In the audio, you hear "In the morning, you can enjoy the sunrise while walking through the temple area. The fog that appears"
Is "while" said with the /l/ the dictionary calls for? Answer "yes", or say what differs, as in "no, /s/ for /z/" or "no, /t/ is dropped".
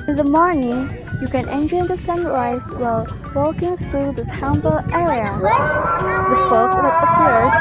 yes